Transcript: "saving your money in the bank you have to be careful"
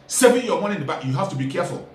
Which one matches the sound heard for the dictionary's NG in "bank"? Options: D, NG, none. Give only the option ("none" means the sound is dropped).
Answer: none